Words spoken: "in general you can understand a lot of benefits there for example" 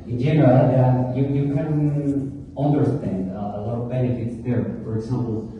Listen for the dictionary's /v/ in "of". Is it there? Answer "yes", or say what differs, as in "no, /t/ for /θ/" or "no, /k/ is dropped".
yes